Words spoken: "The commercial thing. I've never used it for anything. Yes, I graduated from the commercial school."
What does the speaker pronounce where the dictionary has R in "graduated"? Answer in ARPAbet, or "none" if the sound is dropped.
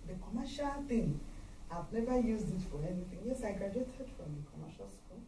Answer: none